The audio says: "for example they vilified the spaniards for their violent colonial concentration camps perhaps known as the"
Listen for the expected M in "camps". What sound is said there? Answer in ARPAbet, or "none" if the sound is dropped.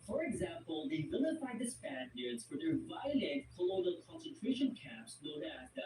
none